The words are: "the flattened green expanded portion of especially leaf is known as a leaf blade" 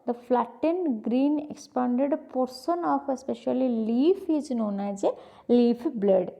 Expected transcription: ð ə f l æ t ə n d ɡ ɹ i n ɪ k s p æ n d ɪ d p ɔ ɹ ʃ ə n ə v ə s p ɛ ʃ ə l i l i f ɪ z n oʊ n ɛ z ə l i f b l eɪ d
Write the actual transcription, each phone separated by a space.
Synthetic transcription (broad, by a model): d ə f l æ t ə n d ɡ ɹ i n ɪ k s p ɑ n d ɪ d p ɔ ɹ s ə n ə f ə s p ɛ ʃ ə l i l i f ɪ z n oʊ n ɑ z ə l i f b l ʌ d